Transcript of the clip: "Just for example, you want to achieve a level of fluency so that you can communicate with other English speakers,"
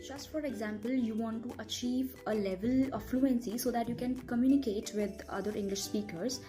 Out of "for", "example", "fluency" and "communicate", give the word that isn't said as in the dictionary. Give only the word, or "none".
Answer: none